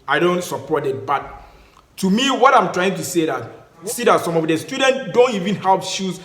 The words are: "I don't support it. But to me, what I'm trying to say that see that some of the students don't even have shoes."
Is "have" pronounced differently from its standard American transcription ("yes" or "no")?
yes